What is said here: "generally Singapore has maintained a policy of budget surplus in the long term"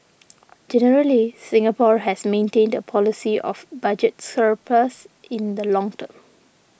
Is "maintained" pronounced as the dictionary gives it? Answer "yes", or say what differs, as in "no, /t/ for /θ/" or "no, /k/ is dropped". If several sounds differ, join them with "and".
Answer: yes